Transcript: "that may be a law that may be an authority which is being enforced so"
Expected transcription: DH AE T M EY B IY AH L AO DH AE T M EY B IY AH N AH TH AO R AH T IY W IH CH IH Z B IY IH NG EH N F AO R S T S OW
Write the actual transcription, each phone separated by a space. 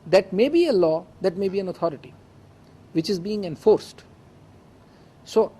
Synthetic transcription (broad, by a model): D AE T M EY B IY AH L AO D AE T M EY B IY AH N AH T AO R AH T IY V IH CH IH Z B IY IH NG EH N F AO R S T S OW